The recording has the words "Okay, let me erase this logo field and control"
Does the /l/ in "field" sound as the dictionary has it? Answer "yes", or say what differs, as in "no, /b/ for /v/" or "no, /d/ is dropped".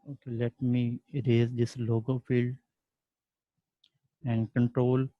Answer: yes